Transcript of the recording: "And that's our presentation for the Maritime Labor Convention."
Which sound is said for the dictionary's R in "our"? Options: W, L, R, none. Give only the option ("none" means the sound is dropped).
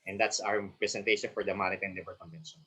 W